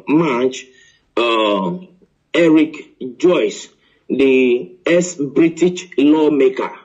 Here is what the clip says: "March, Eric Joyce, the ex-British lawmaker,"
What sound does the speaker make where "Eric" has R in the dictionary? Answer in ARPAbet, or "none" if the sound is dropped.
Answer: R